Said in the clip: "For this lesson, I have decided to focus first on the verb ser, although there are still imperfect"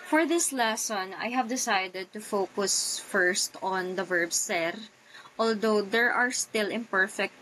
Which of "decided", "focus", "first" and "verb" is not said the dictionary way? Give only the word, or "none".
none